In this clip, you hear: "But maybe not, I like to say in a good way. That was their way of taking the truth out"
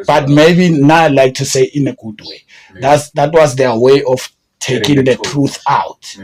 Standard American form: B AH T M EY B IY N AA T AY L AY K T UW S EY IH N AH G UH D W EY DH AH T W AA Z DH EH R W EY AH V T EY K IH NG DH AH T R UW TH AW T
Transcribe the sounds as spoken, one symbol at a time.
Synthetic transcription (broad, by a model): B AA T M EY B IY N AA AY L AY K T UW S EY IH N AH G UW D W EY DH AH T W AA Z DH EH W EY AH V T EY K IH NG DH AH T R UW TH AW T